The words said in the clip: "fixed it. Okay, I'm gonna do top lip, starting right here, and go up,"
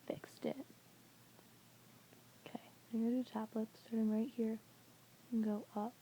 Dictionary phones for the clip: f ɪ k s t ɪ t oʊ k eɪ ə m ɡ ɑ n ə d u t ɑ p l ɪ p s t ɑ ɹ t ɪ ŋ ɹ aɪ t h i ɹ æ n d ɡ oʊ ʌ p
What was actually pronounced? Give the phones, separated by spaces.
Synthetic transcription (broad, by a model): f ɪ k s t ɪ t oʊ k eɪ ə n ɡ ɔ ə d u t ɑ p l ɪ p s t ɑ ɹ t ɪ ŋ ɹ aɪ t h i ɹ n ɡ oʊ ʌ p